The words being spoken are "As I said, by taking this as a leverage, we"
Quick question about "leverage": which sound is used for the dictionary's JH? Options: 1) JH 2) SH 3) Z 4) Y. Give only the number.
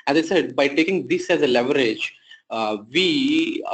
1